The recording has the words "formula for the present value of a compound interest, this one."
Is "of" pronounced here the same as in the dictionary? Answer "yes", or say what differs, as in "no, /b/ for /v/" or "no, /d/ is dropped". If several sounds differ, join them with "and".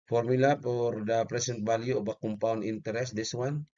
no, /b/ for /v/